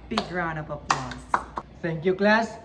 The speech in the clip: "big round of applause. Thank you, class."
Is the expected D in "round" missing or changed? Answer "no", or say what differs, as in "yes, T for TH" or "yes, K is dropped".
yes, D is dropped